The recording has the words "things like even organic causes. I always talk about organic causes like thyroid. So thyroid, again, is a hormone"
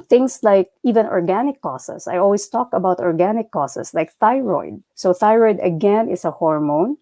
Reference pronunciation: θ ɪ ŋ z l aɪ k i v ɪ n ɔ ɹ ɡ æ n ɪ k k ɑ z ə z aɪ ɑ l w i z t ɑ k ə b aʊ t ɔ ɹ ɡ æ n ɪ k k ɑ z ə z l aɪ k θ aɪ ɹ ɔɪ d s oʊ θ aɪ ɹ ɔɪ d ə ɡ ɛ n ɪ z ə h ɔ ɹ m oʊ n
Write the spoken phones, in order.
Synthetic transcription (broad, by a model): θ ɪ ŋ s l aɪ k i v ɪ n ɔ ɹ ɡ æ n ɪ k k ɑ s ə s aɪ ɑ l w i s t ɑ k ə b aʊ t ɔ ɹ ɡ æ n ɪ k k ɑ s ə s l aɪ k θ aɪ ɹ ɔɪ d s oʊ θ aɪ ɹ ɔɪ d ə ɡ ɛ n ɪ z ə h ɔ ɹ m oʊ n